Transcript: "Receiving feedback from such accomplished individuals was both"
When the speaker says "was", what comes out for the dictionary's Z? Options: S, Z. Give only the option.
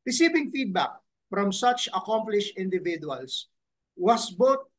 S